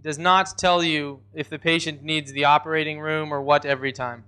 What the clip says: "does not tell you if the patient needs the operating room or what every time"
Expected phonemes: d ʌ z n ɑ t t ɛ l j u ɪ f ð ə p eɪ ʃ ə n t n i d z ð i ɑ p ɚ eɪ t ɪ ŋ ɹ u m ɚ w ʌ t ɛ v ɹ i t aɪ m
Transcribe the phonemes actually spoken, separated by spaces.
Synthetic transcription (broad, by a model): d ʌ z n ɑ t t ɛ l j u ɪ f ð ə p eɪ ʃ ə n n i d z ð i ɑ p ɚ eɪ t ɪ ŋ ɹ u m ɚ w ʌ t ɛ v ɹ i t aɪ m